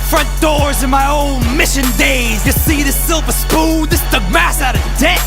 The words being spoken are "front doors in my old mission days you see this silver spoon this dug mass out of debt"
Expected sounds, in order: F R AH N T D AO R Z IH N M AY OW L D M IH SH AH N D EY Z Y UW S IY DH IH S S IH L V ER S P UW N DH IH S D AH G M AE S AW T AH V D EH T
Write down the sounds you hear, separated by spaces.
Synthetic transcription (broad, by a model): F R AH N D AO R Z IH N M AY OW L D M IH SH AH N D EY Z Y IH S IY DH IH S S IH L P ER S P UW L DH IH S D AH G M AE S AW T AH V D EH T